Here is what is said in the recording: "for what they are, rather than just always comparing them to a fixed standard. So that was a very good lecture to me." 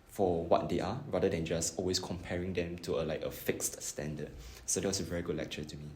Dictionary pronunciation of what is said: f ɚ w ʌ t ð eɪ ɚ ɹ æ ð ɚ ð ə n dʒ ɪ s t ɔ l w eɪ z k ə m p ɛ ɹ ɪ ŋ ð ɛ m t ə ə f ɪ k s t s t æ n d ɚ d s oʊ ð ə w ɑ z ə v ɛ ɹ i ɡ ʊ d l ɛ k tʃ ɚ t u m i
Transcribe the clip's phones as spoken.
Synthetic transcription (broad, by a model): f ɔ w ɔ t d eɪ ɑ ɹ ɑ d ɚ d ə n dʒ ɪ s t ɔ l w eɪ s k ə m p ɛ ɹ ɪ ŋ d ɛ m t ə ə f ɪ k s t s t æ n d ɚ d s oʊ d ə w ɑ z ə v ɛ ɹ i ɡ ʊ d l ɛ k tʃ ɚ t u m i